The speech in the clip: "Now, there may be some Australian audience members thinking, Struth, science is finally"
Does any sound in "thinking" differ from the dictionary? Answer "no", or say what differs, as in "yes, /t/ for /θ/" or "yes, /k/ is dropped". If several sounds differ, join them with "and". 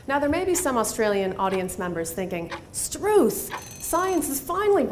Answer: no